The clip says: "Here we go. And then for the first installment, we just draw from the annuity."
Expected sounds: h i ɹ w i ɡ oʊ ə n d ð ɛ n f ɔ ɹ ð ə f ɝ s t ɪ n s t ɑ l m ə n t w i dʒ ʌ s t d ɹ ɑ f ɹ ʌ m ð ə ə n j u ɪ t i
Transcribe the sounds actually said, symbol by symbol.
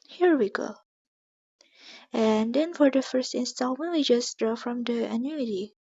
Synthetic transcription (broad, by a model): h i ɹ w i ɡ oʊ ə n d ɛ n f ɔ ɹ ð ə f ɝ s t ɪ n s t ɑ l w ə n w i dʒ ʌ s d ɹ ɑ f ɹ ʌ m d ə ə n j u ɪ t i